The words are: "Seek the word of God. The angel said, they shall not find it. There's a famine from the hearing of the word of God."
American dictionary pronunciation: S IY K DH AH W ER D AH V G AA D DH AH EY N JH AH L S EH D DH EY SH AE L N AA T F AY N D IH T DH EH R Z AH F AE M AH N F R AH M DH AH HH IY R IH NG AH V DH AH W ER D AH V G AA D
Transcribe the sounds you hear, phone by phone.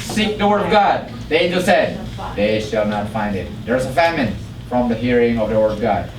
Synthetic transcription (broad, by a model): S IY K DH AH W ER D AH V G AA D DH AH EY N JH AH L S EH D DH EY SH AE L N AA T F AY N D IH T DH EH R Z AH F AE M AH N F R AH M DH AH HH IY R IH NG AH V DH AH W ER D AH V G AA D